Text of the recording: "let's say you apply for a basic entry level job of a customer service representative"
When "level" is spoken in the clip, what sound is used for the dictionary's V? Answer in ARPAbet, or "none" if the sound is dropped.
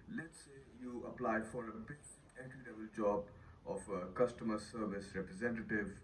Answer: B